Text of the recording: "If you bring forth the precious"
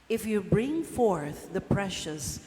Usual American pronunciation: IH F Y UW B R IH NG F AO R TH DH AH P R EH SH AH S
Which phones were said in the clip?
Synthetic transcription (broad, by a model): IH F Y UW B R IH NG F AO R TH DH AH P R EH SH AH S